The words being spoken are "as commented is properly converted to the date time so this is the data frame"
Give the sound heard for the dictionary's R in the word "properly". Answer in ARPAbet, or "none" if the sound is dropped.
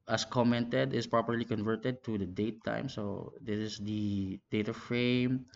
R